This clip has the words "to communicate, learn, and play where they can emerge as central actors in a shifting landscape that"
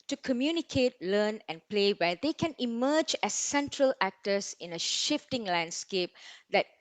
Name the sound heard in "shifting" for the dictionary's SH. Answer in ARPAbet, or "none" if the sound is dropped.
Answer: SH